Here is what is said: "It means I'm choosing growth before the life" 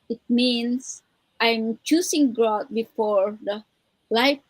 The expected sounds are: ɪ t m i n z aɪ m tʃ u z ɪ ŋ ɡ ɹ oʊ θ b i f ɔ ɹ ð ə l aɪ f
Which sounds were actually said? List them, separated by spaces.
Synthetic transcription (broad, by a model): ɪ t m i n s aɪ m tʃ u s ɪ ŋ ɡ ɹ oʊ t b i f ɔ ɹ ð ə l aɪ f